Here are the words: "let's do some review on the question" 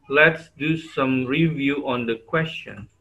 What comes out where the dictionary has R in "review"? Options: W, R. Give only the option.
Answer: R